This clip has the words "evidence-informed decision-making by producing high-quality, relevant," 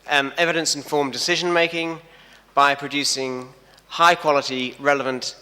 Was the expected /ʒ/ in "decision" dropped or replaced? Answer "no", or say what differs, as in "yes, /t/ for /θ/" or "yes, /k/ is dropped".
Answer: no